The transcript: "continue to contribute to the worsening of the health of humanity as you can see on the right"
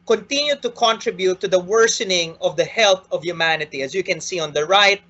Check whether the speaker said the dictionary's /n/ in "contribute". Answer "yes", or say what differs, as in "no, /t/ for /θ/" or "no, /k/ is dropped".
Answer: yes